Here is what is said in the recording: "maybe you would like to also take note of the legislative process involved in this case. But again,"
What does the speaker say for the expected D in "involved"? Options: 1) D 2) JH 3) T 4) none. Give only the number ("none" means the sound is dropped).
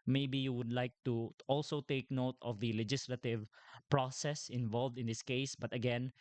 1